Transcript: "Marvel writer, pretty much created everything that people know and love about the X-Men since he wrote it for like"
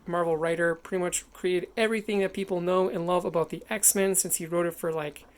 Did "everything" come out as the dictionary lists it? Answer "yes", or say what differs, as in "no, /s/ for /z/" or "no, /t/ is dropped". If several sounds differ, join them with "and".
yes